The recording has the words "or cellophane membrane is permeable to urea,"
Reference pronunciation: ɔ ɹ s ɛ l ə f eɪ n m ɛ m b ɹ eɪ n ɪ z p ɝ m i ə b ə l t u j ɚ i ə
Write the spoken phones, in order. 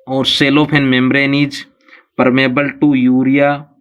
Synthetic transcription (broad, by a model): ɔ ɹ s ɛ l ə p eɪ n m ɛ m b ɹ eɪ n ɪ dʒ p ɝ m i b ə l t u j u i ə